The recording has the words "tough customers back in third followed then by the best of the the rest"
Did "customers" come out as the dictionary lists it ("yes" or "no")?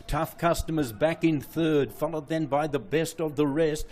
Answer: yes